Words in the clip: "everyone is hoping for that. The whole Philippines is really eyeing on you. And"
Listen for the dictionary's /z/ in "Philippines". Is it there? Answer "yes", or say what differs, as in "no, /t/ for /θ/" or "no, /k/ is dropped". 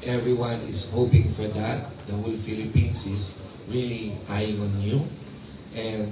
no, /s/ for /z/